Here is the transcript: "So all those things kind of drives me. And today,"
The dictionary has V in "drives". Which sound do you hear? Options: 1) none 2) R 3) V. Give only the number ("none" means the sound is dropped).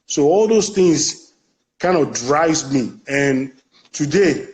1